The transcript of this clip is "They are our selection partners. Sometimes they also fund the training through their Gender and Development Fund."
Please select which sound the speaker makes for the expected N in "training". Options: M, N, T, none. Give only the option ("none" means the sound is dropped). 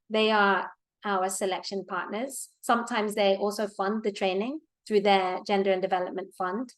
N